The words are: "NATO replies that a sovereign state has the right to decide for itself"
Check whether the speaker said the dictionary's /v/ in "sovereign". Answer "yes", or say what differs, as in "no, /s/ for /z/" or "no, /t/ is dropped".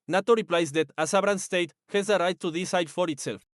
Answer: no, /b/ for /v/